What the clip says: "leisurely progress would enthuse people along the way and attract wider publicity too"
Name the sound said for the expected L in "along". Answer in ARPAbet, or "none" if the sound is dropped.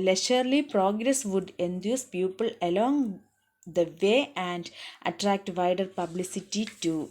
L